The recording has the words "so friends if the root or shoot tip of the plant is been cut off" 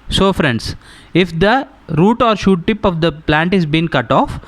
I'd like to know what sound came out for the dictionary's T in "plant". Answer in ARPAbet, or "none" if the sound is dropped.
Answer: T